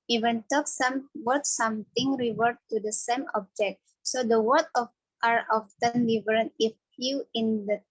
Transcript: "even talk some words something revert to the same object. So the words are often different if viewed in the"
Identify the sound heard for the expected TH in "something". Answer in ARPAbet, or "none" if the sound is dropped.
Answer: T